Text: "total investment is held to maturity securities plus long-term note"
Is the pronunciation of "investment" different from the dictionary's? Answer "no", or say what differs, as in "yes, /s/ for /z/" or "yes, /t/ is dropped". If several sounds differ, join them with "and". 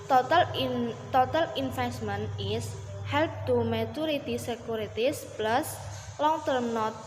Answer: yes, /f/ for /v/